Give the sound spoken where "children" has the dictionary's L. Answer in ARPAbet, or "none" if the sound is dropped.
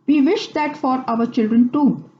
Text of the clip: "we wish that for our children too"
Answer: L